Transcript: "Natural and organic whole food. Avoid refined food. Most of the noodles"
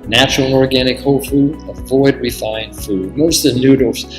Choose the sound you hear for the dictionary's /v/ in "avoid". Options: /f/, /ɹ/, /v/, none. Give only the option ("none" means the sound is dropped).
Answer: /v/